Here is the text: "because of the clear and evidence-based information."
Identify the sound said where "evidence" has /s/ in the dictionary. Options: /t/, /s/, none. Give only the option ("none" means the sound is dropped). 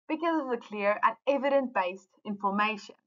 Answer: none